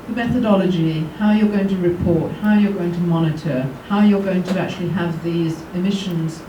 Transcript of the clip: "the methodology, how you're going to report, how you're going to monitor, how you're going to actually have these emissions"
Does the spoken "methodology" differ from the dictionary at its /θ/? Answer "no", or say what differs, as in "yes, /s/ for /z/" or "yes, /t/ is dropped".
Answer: no